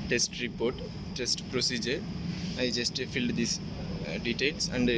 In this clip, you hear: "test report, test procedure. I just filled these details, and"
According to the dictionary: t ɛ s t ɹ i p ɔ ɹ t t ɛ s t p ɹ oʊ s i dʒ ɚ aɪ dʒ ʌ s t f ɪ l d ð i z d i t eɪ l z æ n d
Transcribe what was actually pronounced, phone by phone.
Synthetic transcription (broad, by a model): t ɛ s t ɹ i p ɔ ɹ t t ɛ s t p ɹ oʊ s i dʒ ɚ aɪ dʒ ʌ s t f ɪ l d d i s d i t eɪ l s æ n d